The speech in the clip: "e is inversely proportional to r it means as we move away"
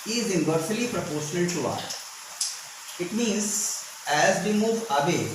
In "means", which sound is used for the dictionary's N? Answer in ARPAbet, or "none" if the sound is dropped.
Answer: N